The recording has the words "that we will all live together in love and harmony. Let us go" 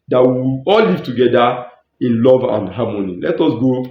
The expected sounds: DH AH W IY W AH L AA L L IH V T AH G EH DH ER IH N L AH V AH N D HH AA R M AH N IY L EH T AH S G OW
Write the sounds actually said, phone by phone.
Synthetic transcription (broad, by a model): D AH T W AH AA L L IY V T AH G EH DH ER IH N L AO V AH N D HH AA M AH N IY L EH T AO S G OW